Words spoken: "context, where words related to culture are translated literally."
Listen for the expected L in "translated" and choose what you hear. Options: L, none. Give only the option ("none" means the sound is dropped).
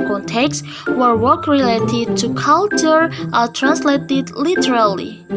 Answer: L